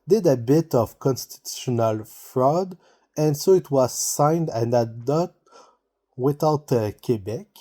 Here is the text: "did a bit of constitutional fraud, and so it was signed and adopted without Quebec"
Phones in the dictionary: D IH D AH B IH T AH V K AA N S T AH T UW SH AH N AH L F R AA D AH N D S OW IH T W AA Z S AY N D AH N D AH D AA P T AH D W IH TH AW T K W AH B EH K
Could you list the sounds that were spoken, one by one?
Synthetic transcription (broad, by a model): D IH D AH B IH T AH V K AA N S T AH T UW SH AH N AH L F R AA D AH N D S OW IH T W AA Z S AY N D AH N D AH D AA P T W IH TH AW T K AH B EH K